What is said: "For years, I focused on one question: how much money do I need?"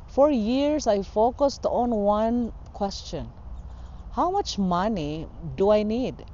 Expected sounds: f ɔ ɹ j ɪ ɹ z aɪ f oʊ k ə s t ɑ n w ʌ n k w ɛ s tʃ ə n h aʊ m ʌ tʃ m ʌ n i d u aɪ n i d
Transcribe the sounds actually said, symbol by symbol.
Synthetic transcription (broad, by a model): f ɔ ɹ j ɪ ɹ s aɪ f oʊ k ə s t ɑ n w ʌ n k w ɛ s tʃ ə n h aʊ m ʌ tʃ m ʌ n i d u aɪ n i d